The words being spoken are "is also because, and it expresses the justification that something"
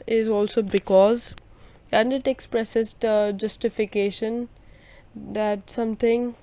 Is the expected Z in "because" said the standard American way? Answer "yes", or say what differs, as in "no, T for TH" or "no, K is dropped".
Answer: yes